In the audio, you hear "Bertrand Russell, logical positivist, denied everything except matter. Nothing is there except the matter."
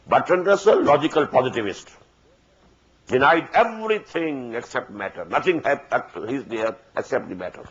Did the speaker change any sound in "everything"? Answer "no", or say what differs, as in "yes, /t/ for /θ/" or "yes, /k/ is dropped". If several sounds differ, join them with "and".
yes, /t/ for /θ/